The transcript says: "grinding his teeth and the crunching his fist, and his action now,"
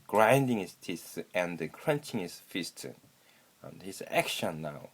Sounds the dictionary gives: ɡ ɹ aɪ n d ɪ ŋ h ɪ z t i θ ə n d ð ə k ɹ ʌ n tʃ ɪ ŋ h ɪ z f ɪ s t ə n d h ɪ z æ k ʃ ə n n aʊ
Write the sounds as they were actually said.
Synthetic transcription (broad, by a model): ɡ ɹ aɪ n d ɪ ŋ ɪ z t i s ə n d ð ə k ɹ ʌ n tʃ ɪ ŋ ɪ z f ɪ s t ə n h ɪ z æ k ʃ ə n n aʊ